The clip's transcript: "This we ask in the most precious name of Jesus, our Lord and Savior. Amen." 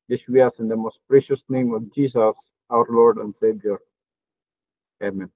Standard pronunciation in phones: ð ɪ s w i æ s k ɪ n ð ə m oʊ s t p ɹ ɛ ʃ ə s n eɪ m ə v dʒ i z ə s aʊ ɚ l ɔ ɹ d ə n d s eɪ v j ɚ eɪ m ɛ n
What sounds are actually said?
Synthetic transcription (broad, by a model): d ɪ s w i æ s ɪ n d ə m oʊ s t p ɹ ɛ ʃ ə s n eɪ m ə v dʒ i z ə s aʊ ɚ l ɔ ɹ d ə n d s eɪ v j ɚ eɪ m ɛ n